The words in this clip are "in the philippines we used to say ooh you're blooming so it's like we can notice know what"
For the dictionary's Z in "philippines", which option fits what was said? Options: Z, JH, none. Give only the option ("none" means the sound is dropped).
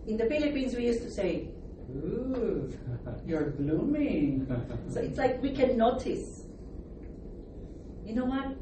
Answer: Z